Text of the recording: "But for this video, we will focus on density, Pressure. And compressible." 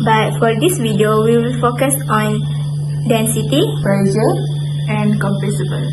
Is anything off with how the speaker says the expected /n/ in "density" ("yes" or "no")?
no